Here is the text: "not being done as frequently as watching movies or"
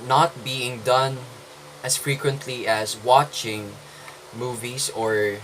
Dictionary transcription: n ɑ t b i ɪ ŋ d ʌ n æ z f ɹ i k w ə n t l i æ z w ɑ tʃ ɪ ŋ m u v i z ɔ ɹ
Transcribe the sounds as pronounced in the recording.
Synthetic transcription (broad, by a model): n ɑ t b i ɪ ŋ d ʌ n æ s f ɹ i k w ə n t l i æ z w ɑ tʃ ɪ ŋ m u v i s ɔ ɹ